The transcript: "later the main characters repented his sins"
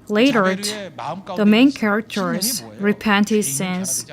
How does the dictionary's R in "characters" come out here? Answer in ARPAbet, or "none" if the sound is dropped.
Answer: R